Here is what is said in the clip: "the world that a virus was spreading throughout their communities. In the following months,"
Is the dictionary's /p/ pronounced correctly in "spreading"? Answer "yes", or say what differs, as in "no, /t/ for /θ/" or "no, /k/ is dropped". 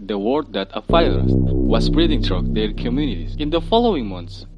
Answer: no, /b/ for /p/